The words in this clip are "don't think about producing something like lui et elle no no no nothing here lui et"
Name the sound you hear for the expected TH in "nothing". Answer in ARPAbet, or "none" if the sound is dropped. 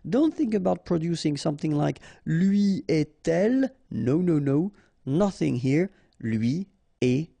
TH